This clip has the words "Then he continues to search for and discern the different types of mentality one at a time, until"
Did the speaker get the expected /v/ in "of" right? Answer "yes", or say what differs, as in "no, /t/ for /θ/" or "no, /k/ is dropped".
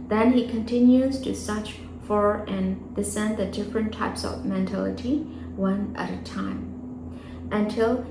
yes